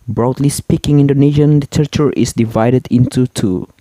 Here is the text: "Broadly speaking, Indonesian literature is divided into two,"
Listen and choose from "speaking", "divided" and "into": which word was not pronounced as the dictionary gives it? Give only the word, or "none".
none